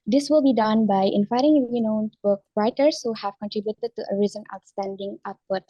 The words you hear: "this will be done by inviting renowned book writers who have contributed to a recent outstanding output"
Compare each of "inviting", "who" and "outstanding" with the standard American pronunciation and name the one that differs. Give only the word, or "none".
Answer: inviting